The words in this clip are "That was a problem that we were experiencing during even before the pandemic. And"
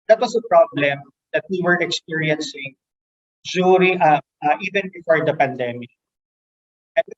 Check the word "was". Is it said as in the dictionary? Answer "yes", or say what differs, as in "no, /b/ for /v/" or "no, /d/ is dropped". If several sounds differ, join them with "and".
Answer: no, /s/ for /z/